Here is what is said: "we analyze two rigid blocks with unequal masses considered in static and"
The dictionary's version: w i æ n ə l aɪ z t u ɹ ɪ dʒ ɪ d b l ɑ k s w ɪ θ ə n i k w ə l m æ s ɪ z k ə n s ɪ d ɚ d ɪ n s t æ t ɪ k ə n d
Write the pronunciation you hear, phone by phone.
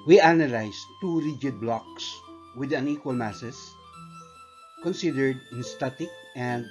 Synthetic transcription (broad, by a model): w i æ n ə l aɪ s t u ɹ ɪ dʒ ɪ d b l ɑ k s w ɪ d ə n i k w ə l m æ s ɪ s k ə n s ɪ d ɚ d ɪ n s t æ t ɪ k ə n d